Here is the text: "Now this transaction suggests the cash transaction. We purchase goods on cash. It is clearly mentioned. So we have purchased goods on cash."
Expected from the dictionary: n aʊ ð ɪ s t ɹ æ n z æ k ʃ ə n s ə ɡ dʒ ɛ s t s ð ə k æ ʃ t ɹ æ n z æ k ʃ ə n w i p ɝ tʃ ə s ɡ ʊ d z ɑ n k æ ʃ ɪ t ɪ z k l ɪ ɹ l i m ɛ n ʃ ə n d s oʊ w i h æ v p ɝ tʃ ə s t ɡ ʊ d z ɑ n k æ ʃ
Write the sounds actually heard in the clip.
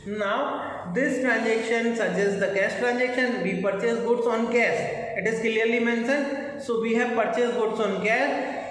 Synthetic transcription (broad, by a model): n aʊ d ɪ s t ɹ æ n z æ k ʃ ə n s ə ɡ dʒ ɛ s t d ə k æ s t ɹ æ n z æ k ʃ ə n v i p ɝ tʃ ə s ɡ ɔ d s ɑ n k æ s ɪ t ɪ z k l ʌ ɹ l i m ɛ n s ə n s oʊ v i h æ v p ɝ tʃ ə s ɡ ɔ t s ɑ n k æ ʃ